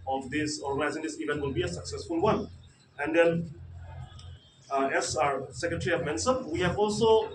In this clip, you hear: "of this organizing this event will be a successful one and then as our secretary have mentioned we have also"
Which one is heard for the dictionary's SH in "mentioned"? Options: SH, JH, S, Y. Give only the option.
S